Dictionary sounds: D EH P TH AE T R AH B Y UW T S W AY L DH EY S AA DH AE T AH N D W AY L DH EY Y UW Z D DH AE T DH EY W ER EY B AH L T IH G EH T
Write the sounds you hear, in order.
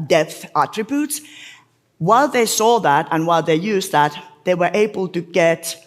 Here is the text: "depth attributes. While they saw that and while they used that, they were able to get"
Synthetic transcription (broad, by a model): D EH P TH AE T R AH B Y UW T S W AY L DH EY S AA DH AE T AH N W AY L DH EY Y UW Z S DH AE T DH EY W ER EY B AH L T IH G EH T